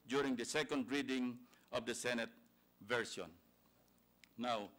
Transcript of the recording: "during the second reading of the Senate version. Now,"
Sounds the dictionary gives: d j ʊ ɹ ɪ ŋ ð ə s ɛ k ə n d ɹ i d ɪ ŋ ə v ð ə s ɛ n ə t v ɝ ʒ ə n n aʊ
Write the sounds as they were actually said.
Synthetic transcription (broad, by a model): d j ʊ ɹ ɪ ŋ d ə s ɛ k ə n d ɹ i d ɪ ŋ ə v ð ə s ɛ n ə t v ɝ s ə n n aʊ